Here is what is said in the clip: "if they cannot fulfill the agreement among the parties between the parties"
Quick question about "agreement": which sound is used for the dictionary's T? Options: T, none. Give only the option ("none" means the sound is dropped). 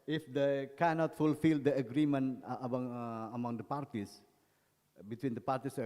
none